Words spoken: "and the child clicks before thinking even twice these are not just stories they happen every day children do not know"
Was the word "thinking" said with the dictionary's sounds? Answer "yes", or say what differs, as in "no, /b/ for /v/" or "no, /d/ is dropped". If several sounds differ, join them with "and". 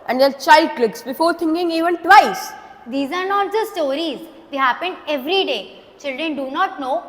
no, /t/ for /θ/